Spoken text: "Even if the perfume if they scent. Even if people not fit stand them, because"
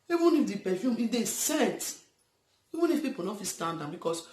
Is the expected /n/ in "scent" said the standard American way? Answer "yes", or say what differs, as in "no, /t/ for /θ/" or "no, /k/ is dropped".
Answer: no, /n/ is dropped